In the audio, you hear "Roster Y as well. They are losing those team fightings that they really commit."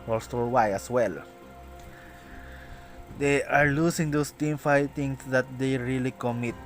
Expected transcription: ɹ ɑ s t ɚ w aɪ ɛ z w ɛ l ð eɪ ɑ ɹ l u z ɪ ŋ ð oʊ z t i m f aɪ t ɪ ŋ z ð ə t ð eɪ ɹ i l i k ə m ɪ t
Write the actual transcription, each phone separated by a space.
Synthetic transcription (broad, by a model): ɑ s t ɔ w aɪ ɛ s w ɛ l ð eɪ ɑ ɹ l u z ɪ ŋ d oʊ s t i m f aɪ t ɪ ŋ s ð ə t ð eɪ ɹ i l i k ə m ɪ t